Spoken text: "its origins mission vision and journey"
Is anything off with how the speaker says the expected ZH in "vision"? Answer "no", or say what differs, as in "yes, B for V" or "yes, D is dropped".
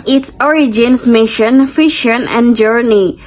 yes, SH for ZH